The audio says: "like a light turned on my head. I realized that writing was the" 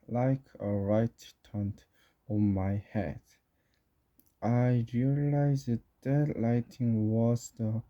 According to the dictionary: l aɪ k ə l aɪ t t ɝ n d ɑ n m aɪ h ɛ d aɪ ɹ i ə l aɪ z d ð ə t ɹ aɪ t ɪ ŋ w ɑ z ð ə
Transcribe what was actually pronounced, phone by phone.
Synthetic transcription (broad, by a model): l aɪ k ə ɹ aɪ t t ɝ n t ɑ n m aɪ h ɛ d aɪ ɹ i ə l aɪ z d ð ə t l aɪ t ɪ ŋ w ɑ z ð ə